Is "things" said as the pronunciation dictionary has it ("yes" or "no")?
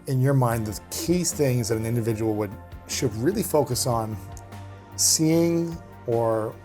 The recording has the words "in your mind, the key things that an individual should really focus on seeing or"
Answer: yes